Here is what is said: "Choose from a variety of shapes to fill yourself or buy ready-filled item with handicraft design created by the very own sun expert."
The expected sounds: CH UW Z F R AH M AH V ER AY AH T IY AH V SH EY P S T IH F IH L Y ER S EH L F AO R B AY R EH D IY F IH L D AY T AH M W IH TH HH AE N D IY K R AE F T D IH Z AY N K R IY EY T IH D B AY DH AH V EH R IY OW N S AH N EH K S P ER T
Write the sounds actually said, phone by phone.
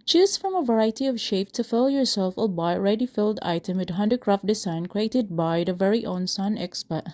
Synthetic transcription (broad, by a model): CH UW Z F R AH M AH V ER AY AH T IY AH V SH EY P T IH F IH L Y ER S EH L F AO L B AY R EH D IY F IH L D AY T AH M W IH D HH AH N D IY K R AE F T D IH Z AY N K R IY EY T IH D B AY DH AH V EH R IY OW N S AH N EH K S P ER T